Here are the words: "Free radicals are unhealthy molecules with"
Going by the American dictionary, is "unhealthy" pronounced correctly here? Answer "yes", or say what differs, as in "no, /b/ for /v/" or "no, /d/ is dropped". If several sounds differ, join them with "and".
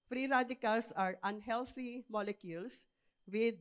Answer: no, /t/ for /θ/